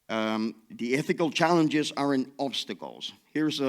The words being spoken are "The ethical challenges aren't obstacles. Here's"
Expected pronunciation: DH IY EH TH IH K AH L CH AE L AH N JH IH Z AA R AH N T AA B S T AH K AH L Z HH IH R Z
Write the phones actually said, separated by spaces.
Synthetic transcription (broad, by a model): DH IY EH TH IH K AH L CH AE L AH N JH IH Z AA R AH N AA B S T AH K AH L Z HH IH R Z